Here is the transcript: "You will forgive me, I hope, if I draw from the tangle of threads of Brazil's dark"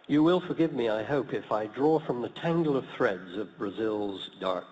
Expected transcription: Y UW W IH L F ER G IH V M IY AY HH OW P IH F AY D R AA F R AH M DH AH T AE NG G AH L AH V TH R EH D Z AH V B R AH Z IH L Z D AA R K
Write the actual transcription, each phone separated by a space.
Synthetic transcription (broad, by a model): Y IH W IH L F ER G IH V M IY AY HH OW P IH F AY D R AA F R AH M DH AH T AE NG G L AH V TH R EH D Z AH V B R AH Z IH L Z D AA R K